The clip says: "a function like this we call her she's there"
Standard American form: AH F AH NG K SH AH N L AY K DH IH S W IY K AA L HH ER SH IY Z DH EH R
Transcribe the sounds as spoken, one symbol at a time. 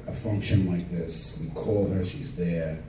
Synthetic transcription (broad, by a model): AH F AH NG K SH AH N L AY K DH IH S W IY K AA L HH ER SH IY Z DH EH R